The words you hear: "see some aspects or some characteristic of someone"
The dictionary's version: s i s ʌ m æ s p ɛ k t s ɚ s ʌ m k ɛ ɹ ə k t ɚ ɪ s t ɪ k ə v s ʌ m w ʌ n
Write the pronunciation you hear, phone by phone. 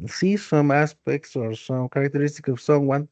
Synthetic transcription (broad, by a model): s i s ʌ m æ s p ɛ k t s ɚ s ʌ m k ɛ ɹ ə k t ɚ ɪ s t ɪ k ə v s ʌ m w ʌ n